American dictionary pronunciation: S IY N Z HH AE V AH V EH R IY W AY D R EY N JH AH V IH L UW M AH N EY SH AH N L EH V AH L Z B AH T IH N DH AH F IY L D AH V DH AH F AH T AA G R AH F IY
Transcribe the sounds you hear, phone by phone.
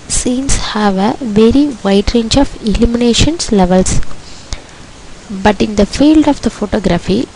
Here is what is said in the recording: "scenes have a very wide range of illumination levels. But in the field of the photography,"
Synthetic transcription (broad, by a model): S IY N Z HH AE V AH V EH R IY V AY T R EY N JH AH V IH L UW M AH N EY SH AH N L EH V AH L S B AH T IH N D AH F IY L D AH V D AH F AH T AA G R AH F IY